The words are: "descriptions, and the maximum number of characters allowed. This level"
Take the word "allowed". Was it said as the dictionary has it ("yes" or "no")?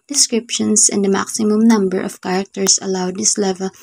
yes